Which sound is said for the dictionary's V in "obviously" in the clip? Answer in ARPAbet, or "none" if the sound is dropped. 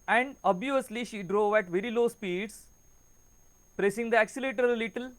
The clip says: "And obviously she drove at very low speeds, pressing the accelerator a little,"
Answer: none